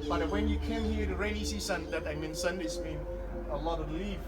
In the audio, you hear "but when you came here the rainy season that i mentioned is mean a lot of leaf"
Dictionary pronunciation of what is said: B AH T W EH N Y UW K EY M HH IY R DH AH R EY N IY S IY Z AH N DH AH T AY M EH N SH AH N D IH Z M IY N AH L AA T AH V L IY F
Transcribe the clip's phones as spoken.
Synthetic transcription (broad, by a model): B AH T W EH N Y UW K EY M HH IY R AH R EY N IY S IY S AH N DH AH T AY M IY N S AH N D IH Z M IY N AH L AA T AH L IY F